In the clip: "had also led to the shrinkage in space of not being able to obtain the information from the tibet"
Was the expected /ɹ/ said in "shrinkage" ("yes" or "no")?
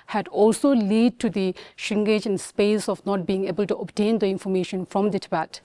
no